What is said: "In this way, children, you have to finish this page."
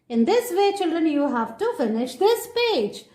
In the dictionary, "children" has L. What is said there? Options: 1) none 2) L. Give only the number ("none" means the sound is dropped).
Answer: 2